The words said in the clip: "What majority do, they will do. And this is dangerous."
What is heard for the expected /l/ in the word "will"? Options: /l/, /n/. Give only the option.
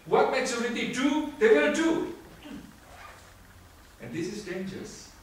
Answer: /n/